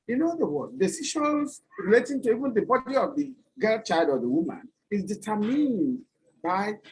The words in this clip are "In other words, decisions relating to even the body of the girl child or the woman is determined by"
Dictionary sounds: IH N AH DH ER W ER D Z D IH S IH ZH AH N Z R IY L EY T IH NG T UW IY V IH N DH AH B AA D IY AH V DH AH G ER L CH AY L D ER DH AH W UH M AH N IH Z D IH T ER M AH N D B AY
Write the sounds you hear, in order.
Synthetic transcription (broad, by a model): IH N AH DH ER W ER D D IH S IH SH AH N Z R IY L EY T IH NG T UW IY V IH N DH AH B AA D IY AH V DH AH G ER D CH AY L D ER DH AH W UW M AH N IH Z D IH T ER M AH N D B AY